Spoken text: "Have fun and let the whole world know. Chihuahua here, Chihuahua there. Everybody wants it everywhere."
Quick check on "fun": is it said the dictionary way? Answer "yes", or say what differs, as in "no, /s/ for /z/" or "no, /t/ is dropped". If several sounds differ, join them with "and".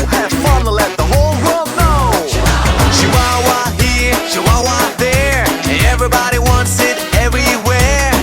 no, /l/ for /n/